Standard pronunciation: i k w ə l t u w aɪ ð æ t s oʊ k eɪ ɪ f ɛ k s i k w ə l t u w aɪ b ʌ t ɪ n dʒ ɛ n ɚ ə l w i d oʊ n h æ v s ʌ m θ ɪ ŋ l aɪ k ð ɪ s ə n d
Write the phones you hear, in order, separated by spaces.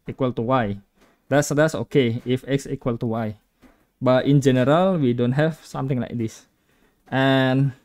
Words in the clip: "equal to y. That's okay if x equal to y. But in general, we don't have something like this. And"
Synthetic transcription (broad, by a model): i k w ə l t u w aɪ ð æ t s oʊ k eɪ ɪ f ɛ k s i k w ə l t u w aɪ b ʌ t ɪ n dʒ ɛ n ɚ ə l w i d oʊ n h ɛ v s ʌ m t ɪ ŋ l aɪ k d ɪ s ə n